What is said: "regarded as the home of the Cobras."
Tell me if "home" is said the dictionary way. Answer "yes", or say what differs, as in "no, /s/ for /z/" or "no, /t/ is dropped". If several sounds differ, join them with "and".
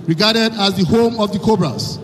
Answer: yes